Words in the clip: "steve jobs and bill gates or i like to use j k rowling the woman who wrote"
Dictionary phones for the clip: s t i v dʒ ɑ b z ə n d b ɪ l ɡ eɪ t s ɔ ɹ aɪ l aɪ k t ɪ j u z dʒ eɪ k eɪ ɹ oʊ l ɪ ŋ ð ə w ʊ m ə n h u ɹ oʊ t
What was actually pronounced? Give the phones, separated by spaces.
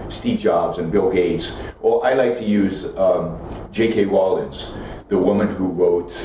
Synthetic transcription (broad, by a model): s t i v dʒ ɑ b z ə n b ɪ l ɡ eɪ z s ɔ l aɪ l aɪ k t ɪ j u z dʒ eɪ k eɪ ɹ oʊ l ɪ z ð ə w ʊ m ə n h u ɹ oʊ t